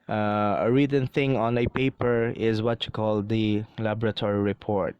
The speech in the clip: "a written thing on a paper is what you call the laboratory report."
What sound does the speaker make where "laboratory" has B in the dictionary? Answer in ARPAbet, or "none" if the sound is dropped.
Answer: B